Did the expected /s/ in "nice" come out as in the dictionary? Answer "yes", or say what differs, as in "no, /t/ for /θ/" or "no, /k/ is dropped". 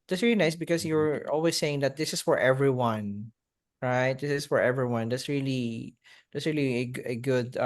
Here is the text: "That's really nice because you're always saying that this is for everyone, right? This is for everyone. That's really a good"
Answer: yes